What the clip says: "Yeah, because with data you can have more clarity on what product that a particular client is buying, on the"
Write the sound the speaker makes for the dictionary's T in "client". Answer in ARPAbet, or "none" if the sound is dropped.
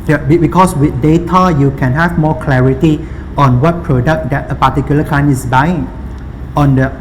none